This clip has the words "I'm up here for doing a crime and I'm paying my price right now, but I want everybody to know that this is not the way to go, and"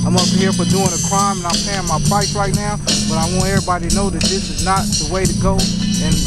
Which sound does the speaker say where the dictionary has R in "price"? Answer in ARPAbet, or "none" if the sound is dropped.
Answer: none